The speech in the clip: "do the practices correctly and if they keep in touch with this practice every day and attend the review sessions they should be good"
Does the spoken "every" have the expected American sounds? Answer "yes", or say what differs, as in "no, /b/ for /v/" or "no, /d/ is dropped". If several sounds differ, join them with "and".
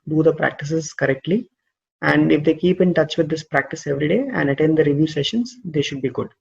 yes